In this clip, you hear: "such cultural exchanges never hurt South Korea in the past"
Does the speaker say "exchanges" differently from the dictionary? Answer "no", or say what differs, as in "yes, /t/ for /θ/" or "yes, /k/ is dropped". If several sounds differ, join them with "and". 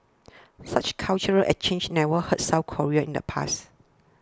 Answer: yes, /s/ is dropped